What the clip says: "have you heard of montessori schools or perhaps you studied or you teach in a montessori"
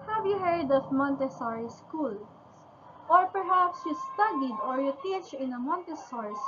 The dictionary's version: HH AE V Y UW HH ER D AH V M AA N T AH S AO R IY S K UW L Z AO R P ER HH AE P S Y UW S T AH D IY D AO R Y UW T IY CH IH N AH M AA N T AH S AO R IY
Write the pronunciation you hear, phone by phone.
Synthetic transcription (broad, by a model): HH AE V Y UW HH ER D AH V M AA N T AH S AO R IY S K UW L AO R P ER HH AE P S Y UW S T AH D IY D AO R Y UW T IY CH IH N AH M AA N T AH S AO R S